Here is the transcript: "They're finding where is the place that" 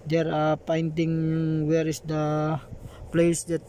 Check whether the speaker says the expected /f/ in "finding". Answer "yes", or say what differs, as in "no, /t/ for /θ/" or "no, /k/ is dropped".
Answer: no, /p/ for /f/